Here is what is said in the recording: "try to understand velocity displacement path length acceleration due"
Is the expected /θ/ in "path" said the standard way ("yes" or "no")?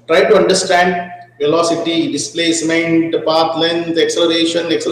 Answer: no